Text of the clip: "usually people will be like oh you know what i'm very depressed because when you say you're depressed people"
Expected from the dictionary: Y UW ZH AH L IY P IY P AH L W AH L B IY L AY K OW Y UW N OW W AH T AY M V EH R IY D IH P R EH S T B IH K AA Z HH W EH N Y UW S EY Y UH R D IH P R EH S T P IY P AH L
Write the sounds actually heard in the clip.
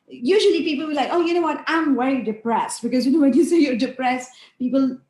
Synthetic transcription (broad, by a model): Y UW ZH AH L IY P IY P AH L W AH L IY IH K OW Y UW N OW W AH T AY M W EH R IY D IH P R EH S T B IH K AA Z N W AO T Y UW S EY Y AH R D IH P R EH S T P IY P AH L